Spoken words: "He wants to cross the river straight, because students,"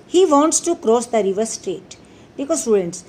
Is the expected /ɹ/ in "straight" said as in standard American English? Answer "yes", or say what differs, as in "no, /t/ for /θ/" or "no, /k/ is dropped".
yes